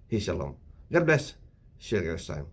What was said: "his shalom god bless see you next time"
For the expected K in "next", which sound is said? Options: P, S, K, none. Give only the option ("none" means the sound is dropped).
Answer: none